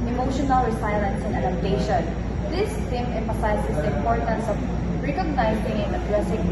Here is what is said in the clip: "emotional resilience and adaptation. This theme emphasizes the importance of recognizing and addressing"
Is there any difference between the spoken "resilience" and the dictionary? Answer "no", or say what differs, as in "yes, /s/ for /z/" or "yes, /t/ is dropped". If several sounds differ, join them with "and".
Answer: yes, /s/ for /z/